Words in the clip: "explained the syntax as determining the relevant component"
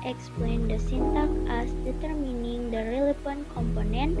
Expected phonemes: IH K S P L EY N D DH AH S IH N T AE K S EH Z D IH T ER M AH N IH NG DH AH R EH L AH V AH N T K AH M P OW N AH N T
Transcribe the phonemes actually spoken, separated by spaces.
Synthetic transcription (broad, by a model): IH K S P L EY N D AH S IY N T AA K EH S D IH T ER M AH N IH NG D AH R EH L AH F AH N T K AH M P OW N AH N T